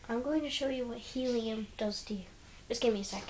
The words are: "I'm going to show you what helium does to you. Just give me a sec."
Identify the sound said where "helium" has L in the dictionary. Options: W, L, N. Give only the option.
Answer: L